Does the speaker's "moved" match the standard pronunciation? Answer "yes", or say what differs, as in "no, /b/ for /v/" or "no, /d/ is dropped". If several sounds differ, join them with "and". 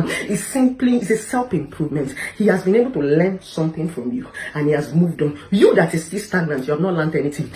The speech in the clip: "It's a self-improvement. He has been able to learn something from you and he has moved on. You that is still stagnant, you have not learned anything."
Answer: yes